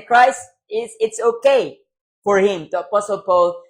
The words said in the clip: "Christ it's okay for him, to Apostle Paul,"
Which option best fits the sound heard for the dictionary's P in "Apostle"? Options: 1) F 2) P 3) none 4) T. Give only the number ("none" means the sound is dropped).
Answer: 2